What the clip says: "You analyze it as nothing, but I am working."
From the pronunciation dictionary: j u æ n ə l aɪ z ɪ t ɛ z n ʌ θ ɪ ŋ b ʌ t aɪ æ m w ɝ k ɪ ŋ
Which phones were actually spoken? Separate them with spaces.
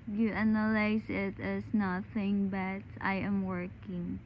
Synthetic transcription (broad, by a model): j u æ n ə l aɪ s ɪ t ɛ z n ʌ θ ɪ ŋ b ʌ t aɪ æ m w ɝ k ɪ ŋ